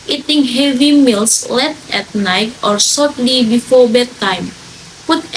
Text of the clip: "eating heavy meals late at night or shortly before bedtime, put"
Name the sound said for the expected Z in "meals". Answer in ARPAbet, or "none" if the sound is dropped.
S